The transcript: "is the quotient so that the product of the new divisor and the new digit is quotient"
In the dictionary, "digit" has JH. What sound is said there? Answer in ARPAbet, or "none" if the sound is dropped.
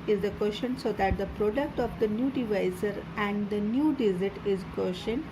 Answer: Z